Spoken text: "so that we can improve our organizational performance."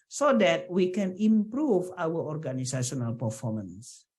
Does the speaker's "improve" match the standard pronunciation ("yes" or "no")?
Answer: yes